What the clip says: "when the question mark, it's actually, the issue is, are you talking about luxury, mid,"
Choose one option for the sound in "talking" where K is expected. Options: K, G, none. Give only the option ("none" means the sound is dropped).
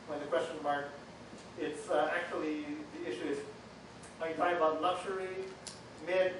none